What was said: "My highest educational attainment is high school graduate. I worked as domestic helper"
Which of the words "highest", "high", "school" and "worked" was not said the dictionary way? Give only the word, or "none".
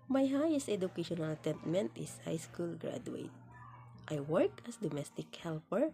worked